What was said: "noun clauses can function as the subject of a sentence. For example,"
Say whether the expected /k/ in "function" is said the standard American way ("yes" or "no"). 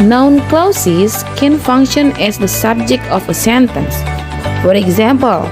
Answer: yes